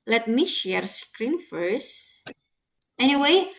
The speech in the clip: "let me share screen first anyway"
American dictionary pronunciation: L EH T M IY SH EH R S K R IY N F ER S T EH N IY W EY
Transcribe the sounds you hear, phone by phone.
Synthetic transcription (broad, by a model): L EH T M IY SH EH R S K R IY N F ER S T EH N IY W EY